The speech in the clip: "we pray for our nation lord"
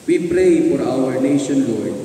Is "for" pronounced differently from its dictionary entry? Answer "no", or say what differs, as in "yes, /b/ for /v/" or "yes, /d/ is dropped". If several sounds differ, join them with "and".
no